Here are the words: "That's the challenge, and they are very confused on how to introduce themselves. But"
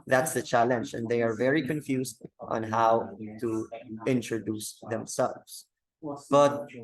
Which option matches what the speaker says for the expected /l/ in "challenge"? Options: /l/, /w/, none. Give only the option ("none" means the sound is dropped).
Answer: /l/